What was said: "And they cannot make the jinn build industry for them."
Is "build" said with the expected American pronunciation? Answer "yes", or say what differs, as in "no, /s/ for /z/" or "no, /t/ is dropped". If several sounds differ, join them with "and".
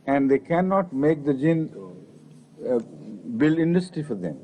no, /d/ is dropped